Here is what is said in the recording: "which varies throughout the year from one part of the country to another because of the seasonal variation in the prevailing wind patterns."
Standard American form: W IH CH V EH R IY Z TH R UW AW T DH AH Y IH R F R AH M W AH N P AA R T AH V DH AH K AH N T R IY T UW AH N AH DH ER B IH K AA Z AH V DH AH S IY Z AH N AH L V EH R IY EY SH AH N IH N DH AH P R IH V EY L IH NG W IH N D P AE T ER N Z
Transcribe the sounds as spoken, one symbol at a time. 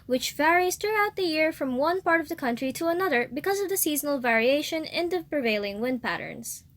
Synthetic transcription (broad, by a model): W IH CH V EH R IY Z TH R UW AW T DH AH Y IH R F R AH M W AH N P AA R T AH V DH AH K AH N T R IY T UW AH N AH DH ER B IH K AA Z AH V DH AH S IY Z AH N AH L V EH R IY EY SH AH N IH N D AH P R IH V EY L IH NG W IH N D P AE T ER N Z